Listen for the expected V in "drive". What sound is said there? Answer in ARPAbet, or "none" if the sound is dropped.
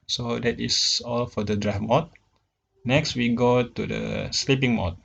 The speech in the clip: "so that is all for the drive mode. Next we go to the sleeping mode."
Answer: F